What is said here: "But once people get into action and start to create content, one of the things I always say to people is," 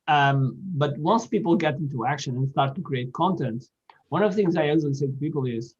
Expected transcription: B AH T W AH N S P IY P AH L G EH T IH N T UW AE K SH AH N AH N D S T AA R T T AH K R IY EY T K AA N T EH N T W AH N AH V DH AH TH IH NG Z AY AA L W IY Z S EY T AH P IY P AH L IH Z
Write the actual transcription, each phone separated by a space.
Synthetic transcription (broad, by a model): B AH T W AH N S P IY P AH L G EH T IH N T UW AE K SH AH N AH N S T AA R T T AH K R IY EY T K AA N T EH N T W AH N AH V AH TH IH NG Z AY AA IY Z S EY T AH P IY P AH L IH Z